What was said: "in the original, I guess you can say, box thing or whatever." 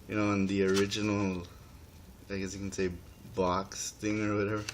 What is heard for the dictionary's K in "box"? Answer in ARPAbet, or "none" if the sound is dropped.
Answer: K